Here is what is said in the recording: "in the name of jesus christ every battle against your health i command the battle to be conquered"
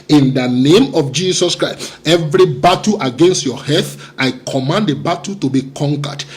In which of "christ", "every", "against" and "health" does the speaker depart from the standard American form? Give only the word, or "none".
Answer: health